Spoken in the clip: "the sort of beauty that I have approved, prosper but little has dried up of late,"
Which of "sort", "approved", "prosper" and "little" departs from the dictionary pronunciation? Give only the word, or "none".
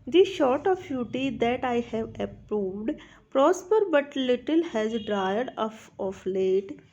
sort